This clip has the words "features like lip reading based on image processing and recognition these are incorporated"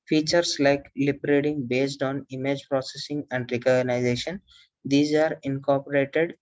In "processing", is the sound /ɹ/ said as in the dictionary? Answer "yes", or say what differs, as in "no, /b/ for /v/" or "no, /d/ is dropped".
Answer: yes